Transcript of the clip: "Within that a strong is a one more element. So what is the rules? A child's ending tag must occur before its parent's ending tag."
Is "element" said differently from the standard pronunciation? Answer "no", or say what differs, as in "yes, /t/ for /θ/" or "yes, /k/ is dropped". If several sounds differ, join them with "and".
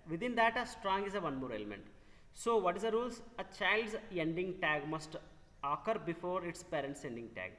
no